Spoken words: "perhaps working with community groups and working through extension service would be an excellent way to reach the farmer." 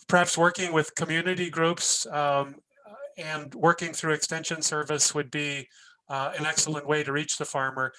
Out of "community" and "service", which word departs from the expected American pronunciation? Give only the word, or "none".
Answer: none